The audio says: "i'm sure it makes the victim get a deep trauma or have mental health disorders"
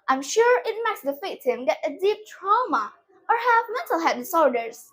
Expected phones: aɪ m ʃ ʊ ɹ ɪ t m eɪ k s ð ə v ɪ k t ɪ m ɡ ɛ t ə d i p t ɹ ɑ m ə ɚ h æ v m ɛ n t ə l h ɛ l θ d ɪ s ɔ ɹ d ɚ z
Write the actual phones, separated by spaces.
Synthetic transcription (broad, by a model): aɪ m ʃ ʊ ɹ ɪ t m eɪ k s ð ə f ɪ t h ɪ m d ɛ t ə d i p t ɹ ɑ m ə ɚ h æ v m ɛ n t ə l h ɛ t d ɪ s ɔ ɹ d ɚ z